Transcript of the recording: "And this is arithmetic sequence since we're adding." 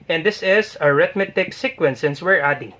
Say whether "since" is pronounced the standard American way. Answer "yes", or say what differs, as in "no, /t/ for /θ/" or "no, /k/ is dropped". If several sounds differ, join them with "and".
yes